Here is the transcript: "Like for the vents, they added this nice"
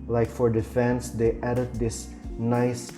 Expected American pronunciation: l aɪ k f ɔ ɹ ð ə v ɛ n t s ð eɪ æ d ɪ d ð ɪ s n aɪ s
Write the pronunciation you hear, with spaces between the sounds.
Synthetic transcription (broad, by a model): l aɪ k f ɔ ɹ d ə f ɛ n s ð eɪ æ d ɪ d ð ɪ s n aɪ s